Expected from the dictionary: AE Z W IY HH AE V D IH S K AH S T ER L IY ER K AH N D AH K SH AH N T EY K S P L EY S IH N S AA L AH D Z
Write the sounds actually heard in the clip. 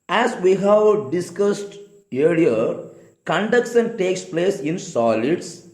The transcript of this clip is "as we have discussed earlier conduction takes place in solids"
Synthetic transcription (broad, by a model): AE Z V IY HH AE V D IH S K AH S T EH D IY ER K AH N D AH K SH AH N T EY K S P L EY S IH N S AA L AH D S